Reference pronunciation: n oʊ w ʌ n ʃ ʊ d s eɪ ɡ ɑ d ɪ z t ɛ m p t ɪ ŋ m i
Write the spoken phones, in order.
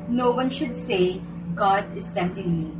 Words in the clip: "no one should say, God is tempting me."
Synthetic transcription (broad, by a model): n oʊ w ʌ n ʃ ʊ d s eɪ ɡ ɑ d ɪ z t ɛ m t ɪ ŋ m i